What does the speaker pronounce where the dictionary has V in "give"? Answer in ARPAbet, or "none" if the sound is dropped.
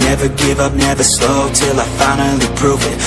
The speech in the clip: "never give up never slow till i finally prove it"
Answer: V